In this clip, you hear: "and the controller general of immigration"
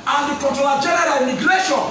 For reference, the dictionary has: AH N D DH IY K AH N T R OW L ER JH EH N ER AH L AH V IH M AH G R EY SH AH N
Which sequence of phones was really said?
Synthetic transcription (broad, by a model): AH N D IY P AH T OW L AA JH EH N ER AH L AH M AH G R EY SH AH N